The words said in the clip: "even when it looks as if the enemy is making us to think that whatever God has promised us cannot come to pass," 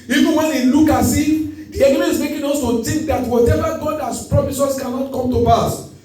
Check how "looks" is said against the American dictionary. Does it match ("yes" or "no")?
no